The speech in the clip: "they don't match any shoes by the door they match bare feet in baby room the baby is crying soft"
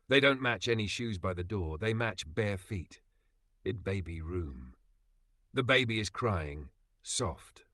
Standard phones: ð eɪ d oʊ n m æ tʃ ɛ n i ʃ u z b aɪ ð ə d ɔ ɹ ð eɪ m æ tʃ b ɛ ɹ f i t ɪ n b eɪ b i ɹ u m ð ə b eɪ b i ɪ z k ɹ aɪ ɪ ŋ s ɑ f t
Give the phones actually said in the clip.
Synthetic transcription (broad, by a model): ð eɪ d oʊ n m æ tʃ ɛ n i ʃ u z b aɪ ð ə d ɔ ɹ ð eɪ m æ tʃ b ɛ ɹ f i t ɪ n b eɪ b i ɹ u m ð ə b eɪ b i ɪ z k ɹ aɪ ɪ ŋ s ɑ f t